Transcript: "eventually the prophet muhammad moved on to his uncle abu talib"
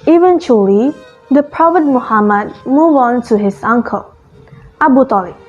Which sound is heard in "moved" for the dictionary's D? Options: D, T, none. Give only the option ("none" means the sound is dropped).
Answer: none